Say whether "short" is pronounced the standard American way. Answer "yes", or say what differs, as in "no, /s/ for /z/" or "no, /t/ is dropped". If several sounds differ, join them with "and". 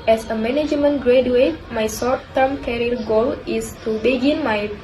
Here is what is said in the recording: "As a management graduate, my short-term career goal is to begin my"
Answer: no, /s/ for /ʃ/